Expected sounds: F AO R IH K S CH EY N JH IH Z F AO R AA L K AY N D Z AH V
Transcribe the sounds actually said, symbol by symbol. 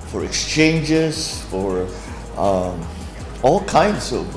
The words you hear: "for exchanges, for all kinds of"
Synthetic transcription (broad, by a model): F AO R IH K S CH EY N JH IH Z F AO R AA L K AY N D S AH